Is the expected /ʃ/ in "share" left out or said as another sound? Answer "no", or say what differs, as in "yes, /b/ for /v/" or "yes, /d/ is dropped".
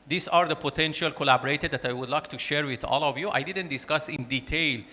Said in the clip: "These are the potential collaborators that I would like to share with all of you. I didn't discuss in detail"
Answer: no